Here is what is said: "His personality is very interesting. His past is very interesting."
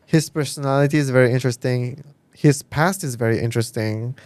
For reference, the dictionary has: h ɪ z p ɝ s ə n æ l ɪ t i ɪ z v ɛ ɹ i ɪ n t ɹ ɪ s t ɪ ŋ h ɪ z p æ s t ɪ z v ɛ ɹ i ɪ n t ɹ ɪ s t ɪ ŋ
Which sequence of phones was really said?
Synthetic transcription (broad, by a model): h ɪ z p ɝ s ə n æ l ɪ t i ɪ z v ɛ ɹ i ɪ n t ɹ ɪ s t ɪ ŋ h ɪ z p æ s t ɪ z v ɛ ɹ i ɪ n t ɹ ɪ s t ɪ ŋ